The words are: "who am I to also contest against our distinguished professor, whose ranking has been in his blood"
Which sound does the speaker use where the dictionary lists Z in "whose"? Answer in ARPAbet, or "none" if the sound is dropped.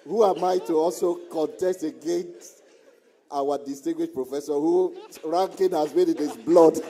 none